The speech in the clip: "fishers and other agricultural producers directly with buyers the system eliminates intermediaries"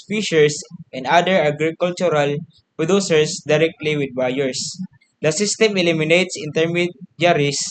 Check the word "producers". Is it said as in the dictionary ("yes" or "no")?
no